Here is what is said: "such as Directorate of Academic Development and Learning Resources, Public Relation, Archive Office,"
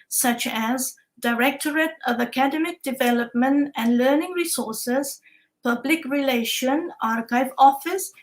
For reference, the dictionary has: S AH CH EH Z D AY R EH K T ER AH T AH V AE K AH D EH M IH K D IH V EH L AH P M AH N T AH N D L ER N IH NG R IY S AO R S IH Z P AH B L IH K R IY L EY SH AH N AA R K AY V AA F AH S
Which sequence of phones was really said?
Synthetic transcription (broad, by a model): S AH CH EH Z D AY R EH K T ER AH T AH V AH K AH D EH M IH K D IH V EH L AH P M AH N T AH N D L ER N IH NG R IY S AO R S IH Z P AH B L IH K R IY L EY SH AH N AA R K AY V AA F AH S